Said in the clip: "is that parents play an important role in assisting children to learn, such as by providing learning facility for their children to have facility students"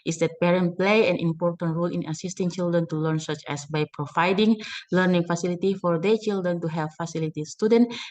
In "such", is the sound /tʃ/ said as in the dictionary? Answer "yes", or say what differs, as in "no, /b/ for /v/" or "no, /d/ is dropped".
yes